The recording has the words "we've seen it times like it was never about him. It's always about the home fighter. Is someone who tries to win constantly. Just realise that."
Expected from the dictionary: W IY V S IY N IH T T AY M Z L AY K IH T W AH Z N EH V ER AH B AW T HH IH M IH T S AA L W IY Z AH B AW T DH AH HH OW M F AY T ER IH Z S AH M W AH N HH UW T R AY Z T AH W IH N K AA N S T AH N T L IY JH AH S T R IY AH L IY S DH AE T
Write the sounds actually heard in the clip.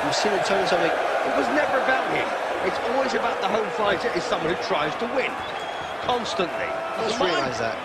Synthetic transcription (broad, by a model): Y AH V S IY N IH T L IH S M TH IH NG IH T W AH Z N EH V ER AH B AW T HH IH M IH T S AA L W IY Z AH B AW T DH AH HH OW M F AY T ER IH Z S AH M W AH N HH UW T R AY Z T AH W IH N K AA N S T AH N T L IY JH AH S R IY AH L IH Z DH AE T